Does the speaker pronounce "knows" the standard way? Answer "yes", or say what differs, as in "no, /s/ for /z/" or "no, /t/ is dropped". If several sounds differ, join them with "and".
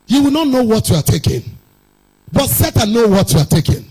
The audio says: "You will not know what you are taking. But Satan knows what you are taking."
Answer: no, /z/ is dropped